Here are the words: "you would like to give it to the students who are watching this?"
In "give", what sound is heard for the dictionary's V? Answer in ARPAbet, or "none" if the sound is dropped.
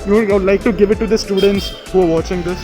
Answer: V